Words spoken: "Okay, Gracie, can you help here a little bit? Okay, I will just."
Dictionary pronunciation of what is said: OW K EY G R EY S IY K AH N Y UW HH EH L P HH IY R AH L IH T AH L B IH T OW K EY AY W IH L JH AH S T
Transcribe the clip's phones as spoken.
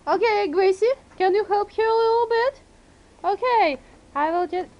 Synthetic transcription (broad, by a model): OW K EY G R EY S IY K AH N Y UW HH EH L P HH IY R AH L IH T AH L B IH T OW K EY AY W IH L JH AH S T